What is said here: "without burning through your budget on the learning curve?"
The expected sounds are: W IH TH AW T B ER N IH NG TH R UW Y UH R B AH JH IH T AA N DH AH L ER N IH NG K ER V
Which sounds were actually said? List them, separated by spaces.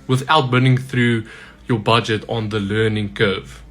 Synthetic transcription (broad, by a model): W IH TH AW T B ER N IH NG TH R UW Y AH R B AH JH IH T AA N DH AH L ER N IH NG K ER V